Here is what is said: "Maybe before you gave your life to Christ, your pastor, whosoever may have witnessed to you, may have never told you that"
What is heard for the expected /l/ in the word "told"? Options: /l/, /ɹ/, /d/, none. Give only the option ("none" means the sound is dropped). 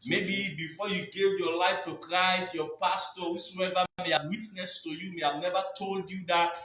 /l/